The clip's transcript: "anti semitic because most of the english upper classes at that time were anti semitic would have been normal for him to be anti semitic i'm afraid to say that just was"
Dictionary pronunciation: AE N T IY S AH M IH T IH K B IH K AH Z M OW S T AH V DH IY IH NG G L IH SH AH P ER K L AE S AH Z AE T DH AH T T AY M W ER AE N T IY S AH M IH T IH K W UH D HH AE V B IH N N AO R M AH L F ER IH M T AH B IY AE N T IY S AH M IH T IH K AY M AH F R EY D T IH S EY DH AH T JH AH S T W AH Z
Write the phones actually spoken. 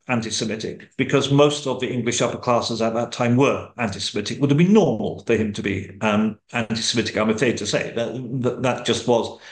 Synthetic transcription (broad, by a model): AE N T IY S AH M IH T IH K B IH K AH Z M OW S T AH V DH IY IH NG G L IH SH AH P ER K L AE S AH Z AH T DH AH T T AY M W ER AE N T IY S AH M IH T IH K W UH D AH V B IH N N AO R M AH L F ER IH M T AH B IY AE N T IY S AH M IH T IH K AY M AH F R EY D T IH S EY DH AH T JH AH S T W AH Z